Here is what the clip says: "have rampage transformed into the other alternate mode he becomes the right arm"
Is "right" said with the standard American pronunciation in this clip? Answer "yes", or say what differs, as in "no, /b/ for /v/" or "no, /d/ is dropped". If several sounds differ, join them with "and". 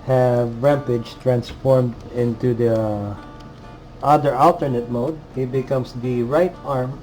yes